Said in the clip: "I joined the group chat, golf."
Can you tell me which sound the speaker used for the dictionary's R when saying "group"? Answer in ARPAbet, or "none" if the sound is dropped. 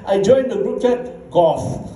R